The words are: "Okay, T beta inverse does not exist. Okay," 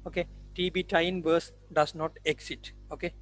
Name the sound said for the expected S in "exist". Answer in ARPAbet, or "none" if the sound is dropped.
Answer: none